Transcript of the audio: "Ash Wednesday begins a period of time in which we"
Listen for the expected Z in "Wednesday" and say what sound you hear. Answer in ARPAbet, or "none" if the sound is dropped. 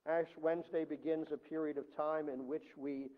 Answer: Z